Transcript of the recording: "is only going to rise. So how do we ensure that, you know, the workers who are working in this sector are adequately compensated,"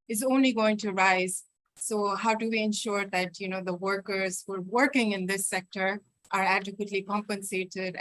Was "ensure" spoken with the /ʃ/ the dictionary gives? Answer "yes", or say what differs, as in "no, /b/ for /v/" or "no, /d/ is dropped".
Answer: yes